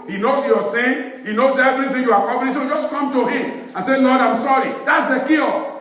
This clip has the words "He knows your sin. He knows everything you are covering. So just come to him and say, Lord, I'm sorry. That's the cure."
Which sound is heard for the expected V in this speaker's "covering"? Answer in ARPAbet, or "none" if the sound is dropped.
P